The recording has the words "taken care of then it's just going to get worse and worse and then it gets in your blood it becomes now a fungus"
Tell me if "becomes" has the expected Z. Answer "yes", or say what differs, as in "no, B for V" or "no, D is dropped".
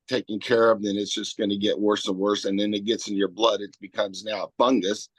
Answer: yes